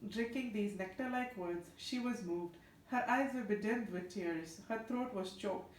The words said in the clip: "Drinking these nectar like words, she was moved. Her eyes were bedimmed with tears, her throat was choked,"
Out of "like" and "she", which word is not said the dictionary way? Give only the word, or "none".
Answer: none